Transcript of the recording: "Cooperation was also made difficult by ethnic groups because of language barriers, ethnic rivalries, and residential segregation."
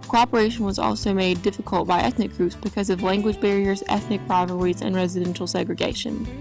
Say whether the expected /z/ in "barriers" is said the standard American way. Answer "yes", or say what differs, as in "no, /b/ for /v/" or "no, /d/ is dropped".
yes